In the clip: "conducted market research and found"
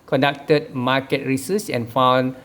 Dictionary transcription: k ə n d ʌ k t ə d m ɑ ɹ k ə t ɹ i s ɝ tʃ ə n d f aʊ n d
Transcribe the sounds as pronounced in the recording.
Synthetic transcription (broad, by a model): k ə n d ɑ k t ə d m ɑ k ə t ɹ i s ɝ s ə n f aʊ n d